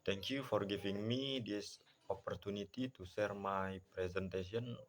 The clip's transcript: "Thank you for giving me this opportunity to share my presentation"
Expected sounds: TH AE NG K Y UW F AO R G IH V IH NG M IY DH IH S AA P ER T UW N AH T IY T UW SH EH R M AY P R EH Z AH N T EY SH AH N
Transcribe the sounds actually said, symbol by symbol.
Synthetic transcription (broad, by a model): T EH NG K Y UW F AO R G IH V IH NG M IY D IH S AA P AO T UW N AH T IY T UW S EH R M AY P R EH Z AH N T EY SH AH N